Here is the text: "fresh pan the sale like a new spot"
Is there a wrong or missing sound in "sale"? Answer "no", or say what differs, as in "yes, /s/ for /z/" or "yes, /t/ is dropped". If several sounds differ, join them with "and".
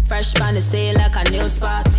yes, /n/ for /l/